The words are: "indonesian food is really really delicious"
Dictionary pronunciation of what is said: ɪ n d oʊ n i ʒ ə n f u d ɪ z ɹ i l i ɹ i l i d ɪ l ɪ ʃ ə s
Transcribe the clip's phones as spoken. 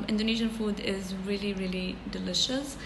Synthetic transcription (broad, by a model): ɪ n d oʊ n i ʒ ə n f u d ɪ z ɹ i l i ɹ i l i d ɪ l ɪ ʃ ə s